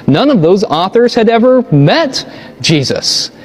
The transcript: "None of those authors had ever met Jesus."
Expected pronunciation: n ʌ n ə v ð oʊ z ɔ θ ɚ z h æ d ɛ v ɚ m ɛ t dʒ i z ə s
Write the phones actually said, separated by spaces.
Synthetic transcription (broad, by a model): n ʌ n ə v ð oʊ z ɔ θ ɚ z h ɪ d ɛ v ɚ m ɛ t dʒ i z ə s